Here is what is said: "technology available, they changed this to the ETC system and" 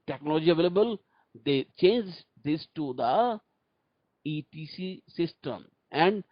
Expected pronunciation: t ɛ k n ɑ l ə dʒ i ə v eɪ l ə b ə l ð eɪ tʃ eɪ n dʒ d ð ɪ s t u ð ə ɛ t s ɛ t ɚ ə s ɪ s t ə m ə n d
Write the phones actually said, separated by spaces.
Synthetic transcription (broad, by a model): t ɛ k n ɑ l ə dʒ i ə v eɪ l ə b ə l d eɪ tʃ eɪ n dʒ d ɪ s t u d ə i t i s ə s ɪ s t ə m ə n d